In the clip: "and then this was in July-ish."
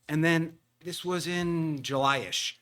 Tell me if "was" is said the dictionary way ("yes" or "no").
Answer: yes